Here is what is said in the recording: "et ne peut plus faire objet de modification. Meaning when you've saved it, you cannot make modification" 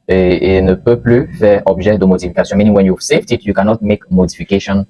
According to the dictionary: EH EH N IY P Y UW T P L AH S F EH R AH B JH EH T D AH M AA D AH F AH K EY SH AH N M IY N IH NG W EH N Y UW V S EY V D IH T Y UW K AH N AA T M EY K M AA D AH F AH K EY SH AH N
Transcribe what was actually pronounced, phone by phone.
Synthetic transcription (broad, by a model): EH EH N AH P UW P L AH F EH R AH B ZH EH D AH M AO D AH F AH K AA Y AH M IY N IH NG W EH N Y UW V S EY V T IH T Y UW K AH N AA T M EY K M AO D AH F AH K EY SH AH N